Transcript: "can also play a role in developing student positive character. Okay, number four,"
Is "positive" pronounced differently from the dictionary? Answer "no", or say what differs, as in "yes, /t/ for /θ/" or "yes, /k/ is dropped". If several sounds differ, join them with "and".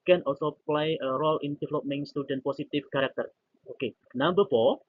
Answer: yes, /s/ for /z/ and /f/ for /v/